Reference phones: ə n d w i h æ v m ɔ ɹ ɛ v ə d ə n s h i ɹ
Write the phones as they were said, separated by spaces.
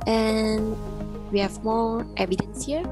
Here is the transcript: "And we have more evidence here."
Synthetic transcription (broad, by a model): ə n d w i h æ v m ɔ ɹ ɛ v ə d ə n s h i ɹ